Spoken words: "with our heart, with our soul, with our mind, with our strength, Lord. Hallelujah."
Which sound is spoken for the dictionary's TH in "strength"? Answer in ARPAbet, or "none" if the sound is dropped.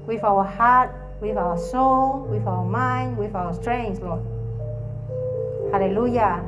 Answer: S